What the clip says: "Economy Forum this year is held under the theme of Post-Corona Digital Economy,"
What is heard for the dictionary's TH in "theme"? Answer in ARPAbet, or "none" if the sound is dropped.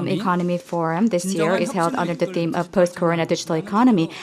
TH